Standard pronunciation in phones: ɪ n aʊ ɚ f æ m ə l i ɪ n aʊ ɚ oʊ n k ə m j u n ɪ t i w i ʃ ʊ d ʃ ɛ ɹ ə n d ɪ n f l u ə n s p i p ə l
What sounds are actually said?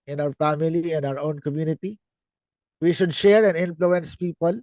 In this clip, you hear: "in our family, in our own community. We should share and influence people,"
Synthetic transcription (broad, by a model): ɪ n aʊ ɚ f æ m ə l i ɪ n aʊ ɚ oʊ n k ə m j u n ɪ t i w i ʃ ʊ d ʃ ɛ ɹ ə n ɪ n f l u ə n s p i p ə l